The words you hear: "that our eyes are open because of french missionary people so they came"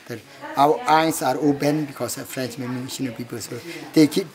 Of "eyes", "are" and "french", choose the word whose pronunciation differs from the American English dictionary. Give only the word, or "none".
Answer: eyes